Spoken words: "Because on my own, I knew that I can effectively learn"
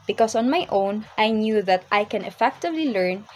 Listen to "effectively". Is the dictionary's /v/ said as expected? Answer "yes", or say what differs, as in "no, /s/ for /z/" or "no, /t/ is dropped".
yes